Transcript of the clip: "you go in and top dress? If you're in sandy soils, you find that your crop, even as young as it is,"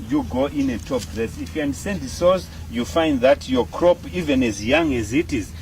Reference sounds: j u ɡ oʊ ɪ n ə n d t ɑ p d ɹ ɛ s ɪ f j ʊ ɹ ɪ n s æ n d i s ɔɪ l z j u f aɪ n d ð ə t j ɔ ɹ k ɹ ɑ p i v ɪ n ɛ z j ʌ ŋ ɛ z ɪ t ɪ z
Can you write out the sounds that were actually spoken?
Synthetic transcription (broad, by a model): j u ɡ oʊ ɪ n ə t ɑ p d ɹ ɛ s ɪ f j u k ɪ n s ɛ n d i s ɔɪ z j u f aɪ n d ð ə t j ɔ k ɹ ɑ p i v ɪ n ɛ z j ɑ ŋ ɛ z ɪ t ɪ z